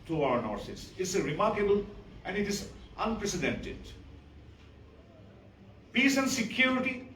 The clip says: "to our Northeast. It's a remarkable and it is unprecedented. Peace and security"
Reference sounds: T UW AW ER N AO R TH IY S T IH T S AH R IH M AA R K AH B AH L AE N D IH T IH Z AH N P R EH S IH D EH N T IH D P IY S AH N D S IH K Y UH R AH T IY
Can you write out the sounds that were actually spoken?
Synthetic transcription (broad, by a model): T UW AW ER N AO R S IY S IH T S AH R IH M AA R K AH B AH L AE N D IH T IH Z AH N P R EH S IH D EH N T IH D P IY S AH N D S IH K Y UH R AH T IY